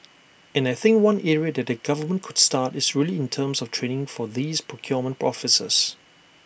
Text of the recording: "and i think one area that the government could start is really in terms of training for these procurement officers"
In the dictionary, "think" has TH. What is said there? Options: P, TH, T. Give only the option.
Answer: TH